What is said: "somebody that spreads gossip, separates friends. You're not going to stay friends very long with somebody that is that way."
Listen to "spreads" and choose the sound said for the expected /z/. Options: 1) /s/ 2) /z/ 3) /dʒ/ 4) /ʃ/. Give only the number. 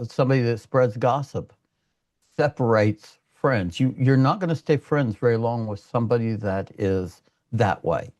2